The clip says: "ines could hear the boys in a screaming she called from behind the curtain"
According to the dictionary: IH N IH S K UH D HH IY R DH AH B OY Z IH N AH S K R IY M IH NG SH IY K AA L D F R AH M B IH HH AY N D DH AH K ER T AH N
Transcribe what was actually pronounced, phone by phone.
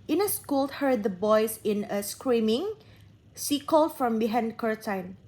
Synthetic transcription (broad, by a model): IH N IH S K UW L HH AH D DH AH B OY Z IH N AH S K R IY M IH NG S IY K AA L F R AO M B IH HH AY N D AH K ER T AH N